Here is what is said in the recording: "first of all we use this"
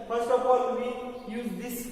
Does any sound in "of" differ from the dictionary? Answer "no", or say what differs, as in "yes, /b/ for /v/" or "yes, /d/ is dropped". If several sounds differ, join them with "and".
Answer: yes, /p/ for /v/